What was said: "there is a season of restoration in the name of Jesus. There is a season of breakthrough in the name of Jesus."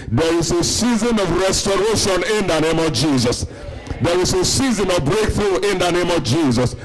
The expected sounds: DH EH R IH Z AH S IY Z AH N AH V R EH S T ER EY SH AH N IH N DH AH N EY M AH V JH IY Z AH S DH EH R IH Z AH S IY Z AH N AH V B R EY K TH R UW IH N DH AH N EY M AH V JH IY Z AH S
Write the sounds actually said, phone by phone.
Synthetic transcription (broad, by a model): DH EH R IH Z AH S IY Z AH N AH V R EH S T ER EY SH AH N IH N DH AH N EY M AH V JH IY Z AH S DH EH R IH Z AH S IY Z AH N AH V B R EY K TH R UW IH N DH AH N EY M AH V JH IY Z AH S